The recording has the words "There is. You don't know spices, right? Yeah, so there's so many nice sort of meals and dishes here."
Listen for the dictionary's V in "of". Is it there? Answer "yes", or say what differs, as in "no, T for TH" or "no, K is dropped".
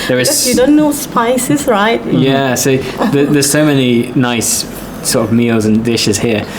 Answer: yes